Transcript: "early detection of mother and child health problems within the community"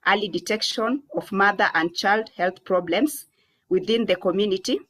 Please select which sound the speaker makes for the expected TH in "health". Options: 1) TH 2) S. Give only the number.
1